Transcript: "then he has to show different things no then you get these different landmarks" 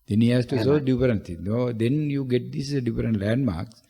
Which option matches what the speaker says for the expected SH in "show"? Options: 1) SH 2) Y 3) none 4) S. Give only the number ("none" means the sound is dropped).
4